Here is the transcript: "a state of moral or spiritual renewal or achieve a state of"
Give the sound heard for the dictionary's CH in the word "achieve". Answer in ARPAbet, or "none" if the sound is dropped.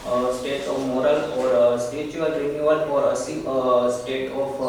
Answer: S